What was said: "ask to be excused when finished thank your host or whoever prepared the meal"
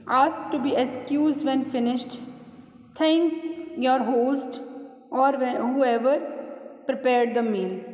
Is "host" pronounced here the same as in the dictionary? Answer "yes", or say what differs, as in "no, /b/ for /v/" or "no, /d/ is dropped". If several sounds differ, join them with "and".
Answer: yes